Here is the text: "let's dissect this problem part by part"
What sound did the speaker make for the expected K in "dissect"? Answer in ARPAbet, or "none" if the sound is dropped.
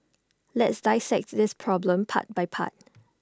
K